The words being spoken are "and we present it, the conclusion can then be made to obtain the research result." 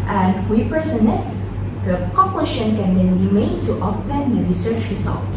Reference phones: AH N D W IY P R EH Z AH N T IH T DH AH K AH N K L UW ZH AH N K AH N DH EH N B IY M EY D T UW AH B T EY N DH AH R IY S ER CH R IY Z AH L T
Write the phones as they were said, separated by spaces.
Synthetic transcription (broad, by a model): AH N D W IY P R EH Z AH N IH T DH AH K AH K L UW SH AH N K AH N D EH N B IY M EY D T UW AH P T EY N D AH R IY S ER CH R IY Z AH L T